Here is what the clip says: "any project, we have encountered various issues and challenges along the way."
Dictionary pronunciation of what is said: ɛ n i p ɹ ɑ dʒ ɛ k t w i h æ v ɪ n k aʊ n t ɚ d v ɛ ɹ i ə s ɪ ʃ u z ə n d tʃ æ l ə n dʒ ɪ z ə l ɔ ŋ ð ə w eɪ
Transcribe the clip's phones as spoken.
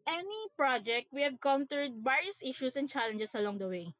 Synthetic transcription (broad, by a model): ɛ n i p ɹ ɑ dʒ ɛ k t w i h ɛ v k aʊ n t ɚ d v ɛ ɹ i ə s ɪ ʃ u s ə n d tʃ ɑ l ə n dʒ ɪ s ə l ɔ ŋ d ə w eɪ